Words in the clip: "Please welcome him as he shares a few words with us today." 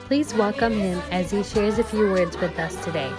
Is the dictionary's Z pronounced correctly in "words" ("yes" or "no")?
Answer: yes